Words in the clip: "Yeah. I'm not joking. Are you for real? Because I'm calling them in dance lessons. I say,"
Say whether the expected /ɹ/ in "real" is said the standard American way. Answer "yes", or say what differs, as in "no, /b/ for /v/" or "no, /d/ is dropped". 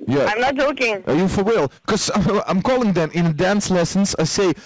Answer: no, /w/ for /ɹ/